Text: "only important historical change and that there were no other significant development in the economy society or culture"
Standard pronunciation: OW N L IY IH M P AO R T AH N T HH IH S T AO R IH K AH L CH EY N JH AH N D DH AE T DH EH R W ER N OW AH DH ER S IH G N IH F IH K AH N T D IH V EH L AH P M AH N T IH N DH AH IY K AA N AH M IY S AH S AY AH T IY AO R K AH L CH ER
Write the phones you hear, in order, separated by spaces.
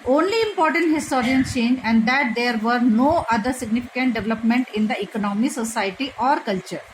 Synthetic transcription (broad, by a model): OW N L IY IH M P AO R T AH N T HH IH S T AO R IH AH N CH EY N JH AH N D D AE T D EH R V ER N OW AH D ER S IH G N IH F IH K AH N T D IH V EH L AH P M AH N T IH N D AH IY K AA N AH M IY S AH S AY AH T IY AO R K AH L CH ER